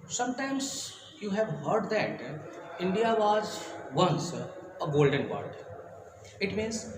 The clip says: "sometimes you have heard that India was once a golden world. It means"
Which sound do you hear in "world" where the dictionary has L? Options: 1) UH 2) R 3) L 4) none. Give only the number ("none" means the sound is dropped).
4